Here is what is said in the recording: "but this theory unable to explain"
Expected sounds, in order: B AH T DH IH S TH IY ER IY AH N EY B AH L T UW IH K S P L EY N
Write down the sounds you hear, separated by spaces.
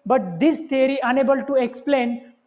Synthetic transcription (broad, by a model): B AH T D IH S T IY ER IY AH N EY B AH L T UW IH K S P L EY N